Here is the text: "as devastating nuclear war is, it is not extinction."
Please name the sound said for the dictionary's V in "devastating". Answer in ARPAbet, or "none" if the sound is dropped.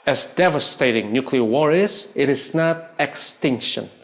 V